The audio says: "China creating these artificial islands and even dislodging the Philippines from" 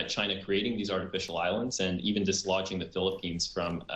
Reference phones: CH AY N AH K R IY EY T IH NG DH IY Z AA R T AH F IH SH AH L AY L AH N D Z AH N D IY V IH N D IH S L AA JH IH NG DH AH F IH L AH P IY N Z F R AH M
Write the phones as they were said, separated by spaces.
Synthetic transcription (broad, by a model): CH AY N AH K R IY EY T IH NG DH IY Z AA R T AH F IH SH L AY L AH N D Z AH N IY V IH N D IH S L AA JH IH NG DH AH F IH L AH P IY N Z F R AH M